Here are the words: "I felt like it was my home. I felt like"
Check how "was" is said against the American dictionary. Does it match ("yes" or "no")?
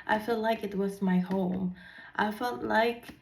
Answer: yes